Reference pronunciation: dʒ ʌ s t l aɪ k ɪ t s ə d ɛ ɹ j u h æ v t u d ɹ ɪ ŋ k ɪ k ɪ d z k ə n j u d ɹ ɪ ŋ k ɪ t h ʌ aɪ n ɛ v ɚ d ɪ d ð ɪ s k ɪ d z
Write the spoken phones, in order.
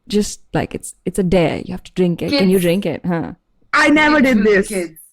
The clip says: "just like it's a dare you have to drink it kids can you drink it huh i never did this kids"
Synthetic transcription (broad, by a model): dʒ ʌ s t l aɪ k ɪ t s ə d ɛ j u h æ f t u d ɹ ɪ ŋ k ɪ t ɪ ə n j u d ɹ ɪ ŋ k ɪ t h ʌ aɪ n ɛ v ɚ d ɪ d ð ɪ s